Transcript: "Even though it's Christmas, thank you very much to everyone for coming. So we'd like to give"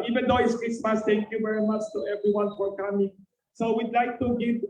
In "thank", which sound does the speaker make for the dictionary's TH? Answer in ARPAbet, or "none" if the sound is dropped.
T